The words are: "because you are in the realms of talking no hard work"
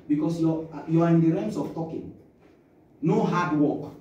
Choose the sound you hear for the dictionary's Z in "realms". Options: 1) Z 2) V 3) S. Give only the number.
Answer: 3